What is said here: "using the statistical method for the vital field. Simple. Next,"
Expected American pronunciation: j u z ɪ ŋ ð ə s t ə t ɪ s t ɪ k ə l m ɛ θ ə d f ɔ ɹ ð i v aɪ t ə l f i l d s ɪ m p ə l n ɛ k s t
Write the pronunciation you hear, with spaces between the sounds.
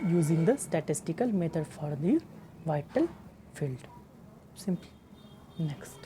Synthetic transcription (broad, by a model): j u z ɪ ŋ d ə s t ə t ɪ s t ɪ k ə l m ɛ t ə d f ɔ ɹ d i v aɪ t ə l f i l d s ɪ m p l n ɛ k s t